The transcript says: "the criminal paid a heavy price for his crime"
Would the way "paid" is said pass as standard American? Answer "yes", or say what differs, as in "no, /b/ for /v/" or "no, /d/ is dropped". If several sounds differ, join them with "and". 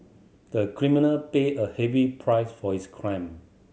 no, /d/ is dropped